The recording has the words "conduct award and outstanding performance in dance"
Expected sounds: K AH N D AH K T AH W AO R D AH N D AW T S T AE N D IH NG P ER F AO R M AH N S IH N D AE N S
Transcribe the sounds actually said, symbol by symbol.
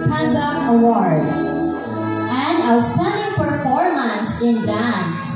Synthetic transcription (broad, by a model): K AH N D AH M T AH W AO R D AH N D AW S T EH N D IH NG P ER F AO R M AH N S IH N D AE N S